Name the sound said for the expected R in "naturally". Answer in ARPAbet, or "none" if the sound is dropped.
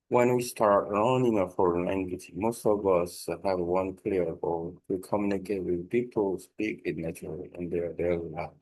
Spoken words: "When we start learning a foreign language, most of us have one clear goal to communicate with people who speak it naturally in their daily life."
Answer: none